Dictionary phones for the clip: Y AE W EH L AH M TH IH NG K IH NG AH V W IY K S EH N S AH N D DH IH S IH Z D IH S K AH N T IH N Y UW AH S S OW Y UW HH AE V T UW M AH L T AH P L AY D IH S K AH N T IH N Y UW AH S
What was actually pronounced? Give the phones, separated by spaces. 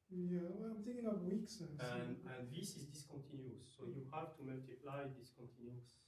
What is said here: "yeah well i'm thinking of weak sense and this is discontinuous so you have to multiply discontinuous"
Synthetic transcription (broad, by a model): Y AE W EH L AH M T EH K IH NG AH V W IY K S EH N AH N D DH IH S IH Z D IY S K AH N T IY N Y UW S S OW Y UW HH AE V T UW M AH L T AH P L AY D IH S K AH N T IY N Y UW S